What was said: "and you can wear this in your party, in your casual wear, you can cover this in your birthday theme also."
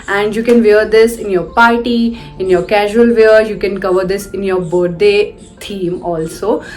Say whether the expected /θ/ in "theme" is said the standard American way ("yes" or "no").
no